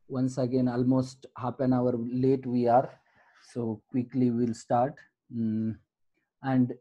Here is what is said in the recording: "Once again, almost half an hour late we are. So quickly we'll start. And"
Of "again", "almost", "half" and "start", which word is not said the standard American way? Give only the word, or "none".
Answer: half